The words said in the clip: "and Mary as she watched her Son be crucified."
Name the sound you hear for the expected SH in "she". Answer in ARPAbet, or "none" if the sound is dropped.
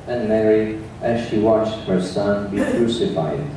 SH